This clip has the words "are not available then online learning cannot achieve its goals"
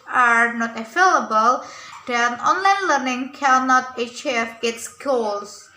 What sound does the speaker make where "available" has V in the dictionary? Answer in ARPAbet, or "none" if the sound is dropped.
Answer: F